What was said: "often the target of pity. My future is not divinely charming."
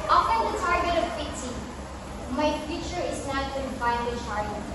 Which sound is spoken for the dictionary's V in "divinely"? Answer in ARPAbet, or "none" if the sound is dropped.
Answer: F